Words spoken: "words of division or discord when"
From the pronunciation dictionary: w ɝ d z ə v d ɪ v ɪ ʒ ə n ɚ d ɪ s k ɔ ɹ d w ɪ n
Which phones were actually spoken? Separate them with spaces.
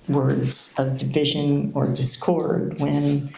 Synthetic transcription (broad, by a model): w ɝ d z ə v d ɪ v ɪ ʒ ə n ɚ d ɪ s k ɔ ɹ d w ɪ n